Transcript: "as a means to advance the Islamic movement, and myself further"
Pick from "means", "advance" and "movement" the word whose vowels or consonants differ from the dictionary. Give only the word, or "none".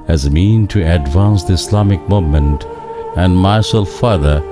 means